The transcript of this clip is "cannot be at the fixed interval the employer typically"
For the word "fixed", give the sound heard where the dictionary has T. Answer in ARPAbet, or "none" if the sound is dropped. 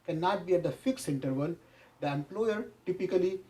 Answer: none